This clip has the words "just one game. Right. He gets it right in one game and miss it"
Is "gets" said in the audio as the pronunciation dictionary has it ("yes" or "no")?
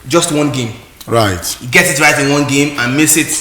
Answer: no